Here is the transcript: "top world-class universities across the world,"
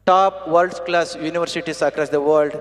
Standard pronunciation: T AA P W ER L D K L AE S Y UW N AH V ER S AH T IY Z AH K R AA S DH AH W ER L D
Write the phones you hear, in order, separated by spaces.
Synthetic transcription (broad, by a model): T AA P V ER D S K L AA S Y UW N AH V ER S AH T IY S AH K R AA S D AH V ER L D